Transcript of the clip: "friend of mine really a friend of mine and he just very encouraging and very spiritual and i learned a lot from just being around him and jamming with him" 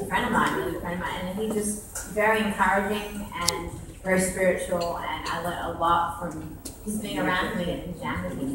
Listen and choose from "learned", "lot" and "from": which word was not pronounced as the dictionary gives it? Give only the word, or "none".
learned